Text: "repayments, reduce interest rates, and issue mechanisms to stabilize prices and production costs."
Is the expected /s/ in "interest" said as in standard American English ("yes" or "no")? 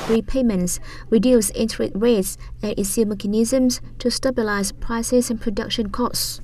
no